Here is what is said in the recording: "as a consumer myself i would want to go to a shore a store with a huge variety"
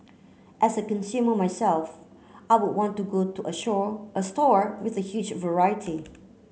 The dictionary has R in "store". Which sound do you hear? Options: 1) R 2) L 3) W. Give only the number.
1